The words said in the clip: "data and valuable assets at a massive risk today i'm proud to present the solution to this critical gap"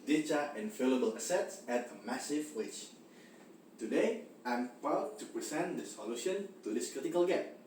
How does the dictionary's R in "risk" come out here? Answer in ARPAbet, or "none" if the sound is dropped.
W